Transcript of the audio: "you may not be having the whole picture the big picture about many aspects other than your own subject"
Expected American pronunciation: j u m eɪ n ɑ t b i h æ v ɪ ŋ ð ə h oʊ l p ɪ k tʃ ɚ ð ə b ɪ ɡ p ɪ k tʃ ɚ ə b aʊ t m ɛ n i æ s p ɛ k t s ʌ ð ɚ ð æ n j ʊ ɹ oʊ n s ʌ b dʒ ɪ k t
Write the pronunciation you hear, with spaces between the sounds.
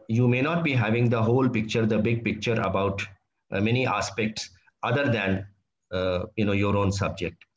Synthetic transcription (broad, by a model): j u m eɪ n ɑ t b i h æ v ɪ ŋ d ə h oʊ l p ɪ k tʃ ɚ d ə b ɪ ɡ p ɪ k tʃ ɚ ə b aʊ t m ɛ n i æ s p ɛ k t s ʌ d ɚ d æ n j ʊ ɹ oʊ n s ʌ b dʒ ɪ k t